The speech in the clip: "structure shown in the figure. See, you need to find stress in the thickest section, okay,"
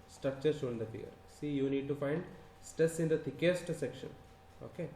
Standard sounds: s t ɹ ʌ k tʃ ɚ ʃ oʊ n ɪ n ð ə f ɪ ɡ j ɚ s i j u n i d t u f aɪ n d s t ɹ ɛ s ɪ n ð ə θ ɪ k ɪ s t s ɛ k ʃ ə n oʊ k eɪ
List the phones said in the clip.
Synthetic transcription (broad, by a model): s t ɹ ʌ k tʃ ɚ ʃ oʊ ɪ n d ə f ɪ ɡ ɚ s i j u n i d t u f aɪ n d s t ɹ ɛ s ɪ n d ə t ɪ k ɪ s t s ɛ k ʃ ə n oʊ k eɪ